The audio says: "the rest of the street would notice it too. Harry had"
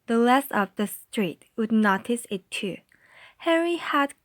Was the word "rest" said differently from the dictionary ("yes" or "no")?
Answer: yes